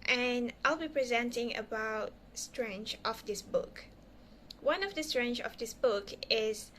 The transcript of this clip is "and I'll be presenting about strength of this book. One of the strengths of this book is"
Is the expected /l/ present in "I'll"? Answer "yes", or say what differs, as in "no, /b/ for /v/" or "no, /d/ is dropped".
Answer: yes